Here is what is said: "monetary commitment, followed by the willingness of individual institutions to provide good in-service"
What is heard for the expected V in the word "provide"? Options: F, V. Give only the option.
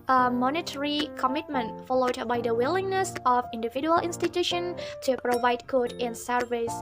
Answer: V